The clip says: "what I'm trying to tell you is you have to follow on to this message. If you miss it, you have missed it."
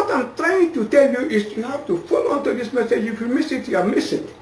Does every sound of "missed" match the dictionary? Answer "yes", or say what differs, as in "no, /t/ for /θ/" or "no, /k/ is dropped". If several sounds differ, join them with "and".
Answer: no, /t/ is dropped